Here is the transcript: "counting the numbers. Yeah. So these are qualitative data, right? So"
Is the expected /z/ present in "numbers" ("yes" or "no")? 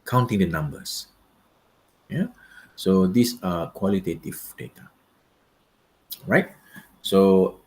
no